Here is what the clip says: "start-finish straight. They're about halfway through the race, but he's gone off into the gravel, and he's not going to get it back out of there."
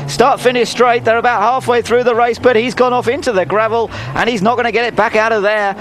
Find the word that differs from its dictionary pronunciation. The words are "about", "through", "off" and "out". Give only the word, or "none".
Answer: none